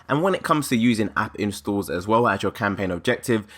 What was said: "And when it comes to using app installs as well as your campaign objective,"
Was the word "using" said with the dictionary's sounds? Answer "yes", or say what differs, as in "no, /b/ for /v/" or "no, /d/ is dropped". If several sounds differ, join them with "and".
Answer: yes